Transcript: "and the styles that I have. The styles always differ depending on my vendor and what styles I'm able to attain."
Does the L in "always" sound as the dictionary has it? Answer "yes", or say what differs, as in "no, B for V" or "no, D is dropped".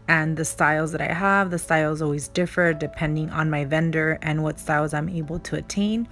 yes